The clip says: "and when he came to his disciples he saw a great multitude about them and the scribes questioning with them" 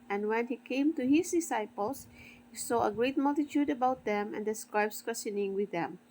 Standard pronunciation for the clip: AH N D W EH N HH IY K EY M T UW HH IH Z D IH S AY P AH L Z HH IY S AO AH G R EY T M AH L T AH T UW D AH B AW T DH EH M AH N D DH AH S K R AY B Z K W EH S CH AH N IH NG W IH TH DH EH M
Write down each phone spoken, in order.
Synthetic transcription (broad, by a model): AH N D W EH N HH IY K EY M T UW HH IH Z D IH S AY P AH L S HH IY S AO AH G R EY T M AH L T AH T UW D AH B AW T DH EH M AH N D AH S K R AY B S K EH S AH N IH NG W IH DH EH M